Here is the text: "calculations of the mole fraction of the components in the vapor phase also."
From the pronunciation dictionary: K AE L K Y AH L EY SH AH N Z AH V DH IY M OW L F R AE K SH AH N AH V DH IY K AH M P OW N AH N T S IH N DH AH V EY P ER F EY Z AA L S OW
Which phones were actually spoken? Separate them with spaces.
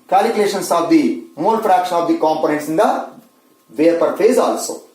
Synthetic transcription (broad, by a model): K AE L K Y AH L EY SH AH N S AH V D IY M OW N F R AE K SH AH N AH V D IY K AH M P OW N AH N T S IH N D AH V EY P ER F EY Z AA L S OW